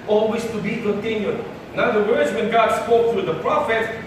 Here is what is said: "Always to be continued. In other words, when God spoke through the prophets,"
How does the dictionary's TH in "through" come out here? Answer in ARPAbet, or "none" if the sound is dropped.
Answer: T